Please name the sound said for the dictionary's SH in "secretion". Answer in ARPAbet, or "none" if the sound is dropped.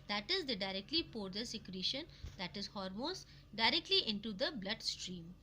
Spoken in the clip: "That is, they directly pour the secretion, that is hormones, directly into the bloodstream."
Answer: SH